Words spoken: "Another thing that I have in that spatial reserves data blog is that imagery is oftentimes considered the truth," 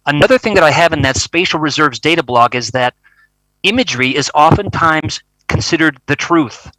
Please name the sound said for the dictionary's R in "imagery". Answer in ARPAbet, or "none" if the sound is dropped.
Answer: R